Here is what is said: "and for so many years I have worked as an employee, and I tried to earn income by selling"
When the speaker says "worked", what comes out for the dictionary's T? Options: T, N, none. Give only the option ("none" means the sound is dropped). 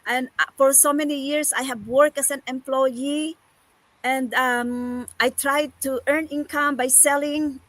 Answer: none